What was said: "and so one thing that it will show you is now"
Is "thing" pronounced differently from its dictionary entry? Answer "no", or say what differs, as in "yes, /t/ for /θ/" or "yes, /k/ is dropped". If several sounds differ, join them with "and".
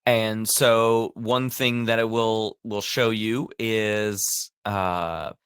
no